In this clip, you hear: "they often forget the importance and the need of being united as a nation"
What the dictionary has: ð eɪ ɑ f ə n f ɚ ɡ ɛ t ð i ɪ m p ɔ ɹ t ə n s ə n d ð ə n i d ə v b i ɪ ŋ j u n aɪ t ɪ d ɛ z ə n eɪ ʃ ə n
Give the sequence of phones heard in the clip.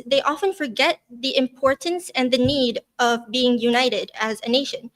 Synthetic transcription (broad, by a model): ð eɪ ɑ f ə n f ɚ ɡ ɛ t ð i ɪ m p ɔ ɹ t n s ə n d ð ə n i d ə v b i ɪ ŋ j u n aɪ t ɪ d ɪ z ə n eɪ ʃ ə n